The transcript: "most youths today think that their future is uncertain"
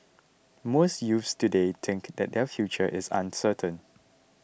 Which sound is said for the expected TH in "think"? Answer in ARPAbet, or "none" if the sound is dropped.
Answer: T